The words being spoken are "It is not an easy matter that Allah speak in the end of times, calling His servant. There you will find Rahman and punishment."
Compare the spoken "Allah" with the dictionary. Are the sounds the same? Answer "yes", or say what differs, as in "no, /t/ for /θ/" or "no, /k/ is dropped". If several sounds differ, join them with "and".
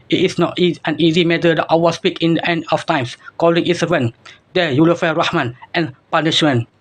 no, /w/ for /l/